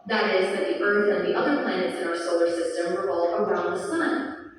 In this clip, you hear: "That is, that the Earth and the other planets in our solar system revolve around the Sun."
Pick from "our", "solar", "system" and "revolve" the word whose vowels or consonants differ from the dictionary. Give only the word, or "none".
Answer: revolve